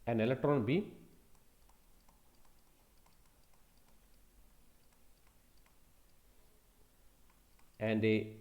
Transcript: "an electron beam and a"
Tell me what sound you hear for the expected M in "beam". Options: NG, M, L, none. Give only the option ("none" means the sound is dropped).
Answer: none